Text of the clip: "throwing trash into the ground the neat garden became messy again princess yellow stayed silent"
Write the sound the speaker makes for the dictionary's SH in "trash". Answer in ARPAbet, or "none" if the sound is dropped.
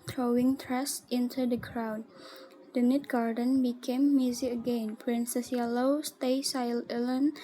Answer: S